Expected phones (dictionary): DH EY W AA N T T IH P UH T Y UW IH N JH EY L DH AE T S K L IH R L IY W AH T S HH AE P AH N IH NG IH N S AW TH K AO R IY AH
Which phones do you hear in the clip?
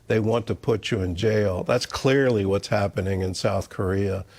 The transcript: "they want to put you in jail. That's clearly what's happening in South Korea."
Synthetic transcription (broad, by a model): DH EY W AA N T T IH P UH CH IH IH N JH EY L DH AE T S K L IH R L IY W AH T S HH AE P AH N IH NG IH N S AW TH K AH R IY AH